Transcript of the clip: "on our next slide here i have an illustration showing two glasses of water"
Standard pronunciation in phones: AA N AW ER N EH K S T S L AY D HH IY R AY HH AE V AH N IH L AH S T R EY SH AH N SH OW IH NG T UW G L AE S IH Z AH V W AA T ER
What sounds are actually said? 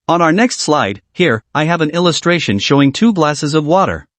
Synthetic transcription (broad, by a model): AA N AW ER N EH K S T S L AY D HH IY R AY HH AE V AH N IH L AH S T R EY SH AH N SH OW IH NG T UW G L AE S IH Z AH V W AA T ER